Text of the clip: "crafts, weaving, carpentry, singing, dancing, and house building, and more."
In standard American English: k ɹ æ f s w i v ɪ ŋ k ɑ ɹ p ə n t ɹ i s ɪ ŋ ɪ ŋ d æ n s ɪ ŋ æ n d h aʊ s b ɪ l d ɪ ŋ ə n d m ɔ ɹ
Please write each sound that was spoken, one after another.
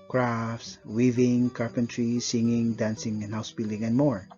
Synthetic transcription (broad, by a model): k ɹ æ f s w i v ɪ ŋ k ɑ ɹ p ə n t ɹ i s ɪ ŋ ɪ ŋ d æ n s ɪ ŋ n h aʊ s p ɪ l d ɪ ŋ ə n m ɔ ɹ